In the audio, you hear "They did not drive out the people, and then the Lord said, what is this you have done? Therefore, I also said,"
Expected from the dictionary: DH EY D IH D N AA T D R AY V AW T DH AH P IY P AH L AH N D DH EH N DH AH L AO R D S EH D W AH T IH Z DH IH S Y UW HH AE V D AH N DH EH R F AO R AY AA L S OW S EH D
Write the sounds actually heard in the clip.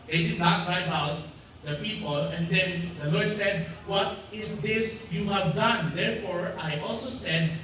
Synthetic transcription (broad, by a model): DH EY D IH D N AA T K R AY B AW T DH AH P IY P AH L AH N D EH N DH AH L AO R D S EH D W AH T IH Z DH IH S Y UW HH AE V D AH N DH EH R F AO R AY AA L S OW S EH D